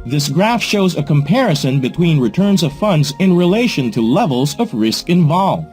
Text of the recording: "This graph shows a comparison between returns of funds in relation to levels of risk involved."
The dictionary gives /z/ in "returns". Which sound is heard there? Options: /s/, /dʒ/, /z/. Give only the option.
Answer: /z/